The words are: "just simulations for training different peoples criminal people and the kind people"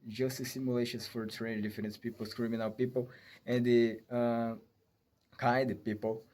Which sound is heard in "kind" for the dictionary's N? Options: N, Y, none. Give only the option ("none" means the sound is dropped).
none